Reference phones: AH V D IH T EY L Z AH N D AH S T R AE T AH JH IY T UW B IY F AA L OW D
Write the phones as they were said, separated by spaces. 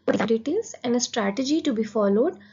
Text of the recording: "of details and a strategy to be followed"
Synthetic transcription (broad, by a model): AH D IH T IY Z AH N D AH S T R AE T AH JH IY T UW B IY F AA L OW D